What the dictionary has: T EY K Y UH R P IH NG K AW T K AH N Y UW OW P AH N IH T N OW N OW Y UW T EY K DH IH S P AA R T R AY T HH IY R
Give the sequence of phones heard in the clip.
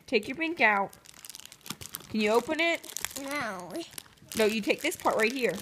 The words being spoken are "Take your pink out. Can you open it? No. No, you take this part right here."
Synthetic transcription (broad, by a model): T EY K Y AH R B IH NG K AW T K AH N Y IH OW P AH N IH T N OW N OW Y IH T EY K DH IH S P AA R T R AY T HH IY R